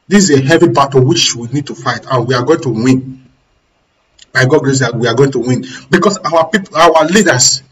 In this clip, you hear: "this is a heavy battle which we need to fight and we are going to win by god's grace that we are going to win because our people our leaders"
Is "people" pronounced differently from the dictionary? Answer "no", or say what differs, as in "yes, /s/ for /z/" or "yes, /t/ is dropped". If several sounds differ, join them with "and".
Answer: yes, /w/ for /l/